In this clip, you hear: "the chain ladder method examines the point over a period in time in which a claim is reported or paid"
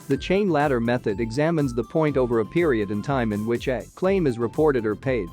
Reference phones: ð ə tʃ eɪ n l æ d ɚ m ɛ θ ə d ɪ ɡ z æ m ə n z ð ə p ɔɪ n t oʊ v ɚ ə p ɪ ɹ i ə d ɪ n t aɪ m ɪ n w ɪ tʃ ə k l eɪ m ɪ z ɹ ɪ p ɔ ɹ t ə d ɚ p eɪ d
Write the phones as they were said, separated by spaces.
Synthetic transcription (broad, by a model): ð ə tʃ eɪ n l æ d ɚ m ɛ θ ə d ɪ ɡ z æ m ə n z ð ə p ɔɪ n t oʊ v ɚ ə p ɪ ɹ i ə d ɪ n t aɪ m ɪ n w ɪ tʃ ə k l eɪ m ɪ z ɹ ɪ p ɔ ɹ t ə d ɚ p eɪ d